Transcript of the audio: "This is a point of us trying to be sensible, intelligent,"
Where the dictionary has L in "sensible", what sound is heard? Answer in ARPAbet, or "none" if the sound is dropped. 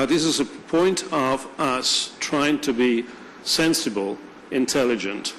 L